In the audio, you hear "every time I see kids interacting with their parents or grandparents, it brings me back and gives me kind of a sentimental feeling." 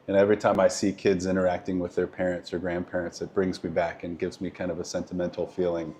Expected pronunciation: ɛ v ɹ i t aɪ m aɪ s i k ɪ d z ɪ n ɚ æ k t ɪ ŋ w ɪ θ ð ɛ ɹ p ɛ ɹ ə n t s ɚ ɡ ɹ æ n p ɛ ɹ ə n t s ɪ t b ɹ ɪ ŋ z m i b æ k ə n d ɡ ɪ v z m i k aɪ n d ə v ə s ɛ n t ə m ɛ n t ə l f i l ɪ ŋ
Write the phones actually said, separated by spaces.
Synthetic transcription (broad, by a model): ɛ v ɹ i t aɪ m aɪ s i k ɪ d z ɪ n ɚ æ k t ɪ ŋ w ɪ ð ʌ ɹ p ɛ ɹ ə n t s ɚ ɡ ɹ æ n p ɛ ɹ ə n t s ɪ t b ɹ ɪ ŋ z m i b æ k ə n ɡ ɪ v z m i k aɪ n d ə v ə s ɛ n t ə m ɛ n t l f i l ɪ ŋ